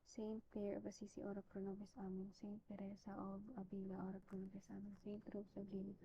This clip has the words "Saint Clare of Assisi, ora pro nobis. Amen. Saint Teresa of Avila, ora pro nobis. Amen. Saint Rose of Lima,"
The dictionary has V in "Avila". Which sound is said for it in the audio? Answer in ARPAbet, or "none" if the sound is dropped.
B